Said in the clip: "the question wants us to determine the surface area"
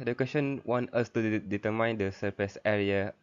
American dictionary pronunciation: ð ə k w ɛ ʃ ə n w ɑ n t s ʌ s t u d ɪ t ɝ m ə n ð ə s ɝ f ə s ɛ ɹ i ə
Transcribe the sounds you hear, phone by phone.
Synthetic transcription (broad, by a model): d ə k w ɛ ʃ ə n w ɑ n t ʌ s t u d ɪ t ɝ m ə n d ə s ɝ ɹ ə s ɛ ɹ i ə